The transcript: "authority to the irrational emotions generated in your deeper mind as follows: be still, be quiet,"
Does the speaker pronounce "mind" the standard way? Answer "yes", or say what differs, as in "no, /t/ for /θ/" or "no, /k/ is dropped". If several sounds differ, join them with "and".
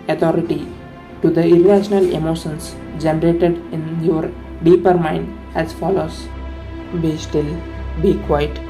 yes